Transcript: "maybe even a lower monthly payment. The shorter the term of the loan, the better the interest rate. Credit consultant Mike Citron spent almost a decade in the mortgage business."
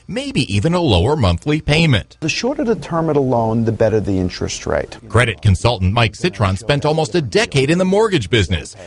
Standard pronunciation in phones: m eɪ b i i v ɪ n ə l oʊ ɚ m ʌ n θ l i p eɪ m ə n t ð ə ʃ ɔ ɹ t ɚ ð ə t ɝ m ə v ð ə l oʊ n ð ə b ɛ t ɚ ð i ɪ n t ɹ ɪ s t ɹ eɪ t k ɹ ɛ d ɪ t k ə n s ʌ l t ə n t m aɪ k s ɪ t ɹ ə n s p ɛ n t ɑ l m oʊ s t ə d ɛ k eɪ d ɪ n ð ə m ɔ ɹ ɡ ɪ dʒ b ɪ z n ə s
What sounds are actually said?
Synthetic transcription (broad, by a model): m eɪ b i i v ɪ n ə l oʊ ɚ m ʌ n θ l i p eɪ m ə n t ð ə ʃ ɔ ɹ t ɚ ð ə t ɝ m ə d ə l oʊ n ð ə b ɛ t ɚ ð i ɪ n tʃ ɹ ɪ s t ɹ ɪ t k ɹ ɛ d ɪ t k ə n s ʌ l t n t m aɪ k s ɪ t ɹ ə n s p ɛ n t ɑ l m oʊ s t ə d ɛ k eɪ d ɪ n ð ə m ɔ ɹ ɡ ɪ dʒ b ɪ z n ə s